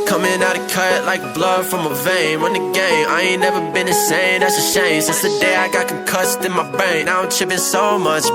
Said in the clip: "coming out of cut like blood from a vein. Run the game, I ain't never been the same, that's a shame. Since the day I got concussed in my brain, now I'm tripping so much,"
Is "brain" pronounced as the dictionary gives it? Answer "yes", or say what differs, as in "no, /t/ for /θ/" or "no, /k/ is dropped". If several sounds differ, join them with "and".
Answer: no, /ɹ/ is dropped